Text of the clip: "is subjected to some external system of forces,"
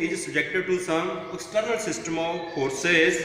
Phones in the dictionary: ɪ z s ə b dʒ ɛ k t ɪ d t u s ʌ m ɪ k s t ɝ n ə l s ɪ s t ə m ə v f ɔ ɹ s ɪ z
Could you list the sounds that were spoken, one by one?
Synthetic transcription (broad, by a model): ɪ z s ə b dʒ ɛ k t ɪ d t u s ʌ ɪ k s t ɝ n ə l s ɪ s t ə m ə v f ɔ ɹ s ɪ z